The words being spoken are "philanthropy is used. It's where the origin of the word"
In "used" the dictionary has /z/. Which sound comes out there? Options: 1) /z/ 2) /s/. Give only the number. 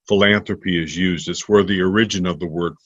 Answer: 1